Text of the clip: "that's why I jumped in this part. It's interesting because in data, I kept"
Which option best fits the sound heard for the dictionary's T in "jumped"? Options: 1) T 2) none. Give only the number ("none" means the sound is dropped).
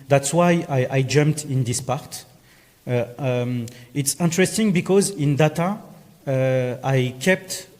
1